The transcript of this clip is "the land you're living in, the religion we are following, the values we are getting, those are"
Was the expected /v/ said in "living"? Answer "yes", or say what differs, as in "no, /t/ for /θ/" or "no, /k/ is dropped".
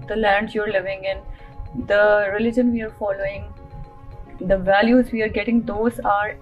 yes